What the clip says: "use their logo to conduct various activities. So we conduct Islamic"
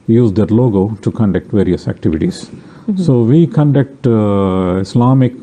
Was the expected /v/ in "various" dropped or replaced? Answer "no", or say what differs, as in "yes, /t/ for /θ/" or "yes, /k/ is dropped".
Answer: no